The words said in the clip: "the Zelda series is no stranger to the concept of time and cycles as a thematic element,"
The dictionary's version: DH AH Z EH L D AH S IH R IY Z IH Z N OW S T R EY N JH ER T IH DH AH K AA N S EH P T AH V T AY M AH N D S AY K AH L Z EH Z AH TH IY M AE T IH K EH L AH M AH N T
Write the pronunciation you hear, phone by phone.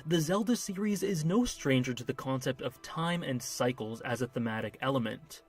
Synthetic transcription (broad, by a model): DH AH Z EH L D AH S IH R IY Z IH Z N OW S T R EY N JH ER T IH DH AH K AA N S EH P T AH V T AY M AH N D S AY K L Z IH Z AH TH IY M AE T IH K EH L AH M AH N T